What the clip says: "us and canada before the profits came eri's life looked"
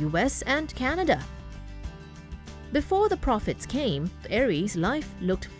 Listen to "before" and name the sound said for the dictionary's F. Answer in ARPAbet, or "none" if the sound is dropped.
F